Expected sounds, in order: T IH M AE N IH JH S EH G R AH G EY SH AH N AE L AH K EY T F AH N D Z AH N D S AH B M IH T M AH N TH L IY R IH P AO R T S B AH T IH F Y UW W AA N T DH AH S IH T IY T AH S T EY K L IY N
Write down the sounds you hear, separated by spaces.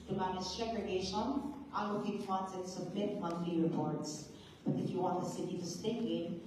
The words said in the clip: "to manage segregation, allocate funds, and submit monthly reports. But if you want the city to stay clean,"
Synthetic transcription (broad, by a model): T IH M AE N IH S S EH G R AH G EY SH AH N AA AH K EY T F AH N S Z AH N S AH B M IH T M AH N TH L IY R IH P AO R T S B AH T IH F Y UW W AA N T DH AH S IH T IY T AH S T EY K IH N